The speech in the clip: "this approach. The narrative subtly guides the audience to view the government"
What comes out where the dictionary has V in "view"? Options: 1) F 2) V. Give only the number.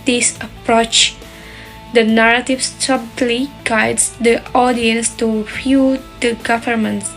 1